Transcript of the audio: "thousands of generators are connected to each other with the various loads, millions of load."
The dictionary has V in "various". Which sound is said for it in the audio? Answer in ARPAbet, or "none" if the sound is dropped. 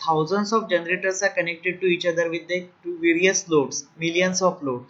V